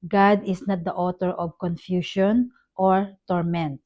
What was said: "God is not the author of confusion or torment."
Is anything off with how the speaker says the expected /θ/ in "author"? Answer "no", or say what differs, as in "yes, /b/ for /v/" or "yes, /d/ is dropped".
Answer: yes, /t/ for /θ/